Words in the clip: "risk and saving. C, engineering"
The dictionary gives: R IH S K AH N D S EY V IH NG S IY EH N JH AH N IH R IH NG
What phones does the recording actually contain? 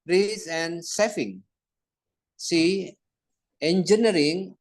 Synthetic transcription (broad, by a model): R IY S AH N S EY F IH NG S IY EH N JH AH N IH R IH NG